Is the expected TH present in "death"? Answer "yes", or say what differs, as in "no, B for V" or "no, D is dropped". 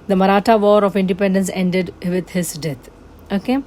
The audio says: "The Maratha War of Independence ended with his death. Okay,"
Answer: no, T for TH